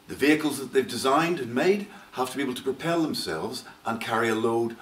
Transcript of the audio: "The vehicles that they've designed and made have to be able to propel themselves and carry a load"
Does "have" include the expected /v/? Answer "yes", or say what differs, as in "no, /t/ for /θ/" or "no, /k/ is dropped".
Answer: no, /f/ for /v/